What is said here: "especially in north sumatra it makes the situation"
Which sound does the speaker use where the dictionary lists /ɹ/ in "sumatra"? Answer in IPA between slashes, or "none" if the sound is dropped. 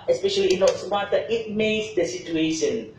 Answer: none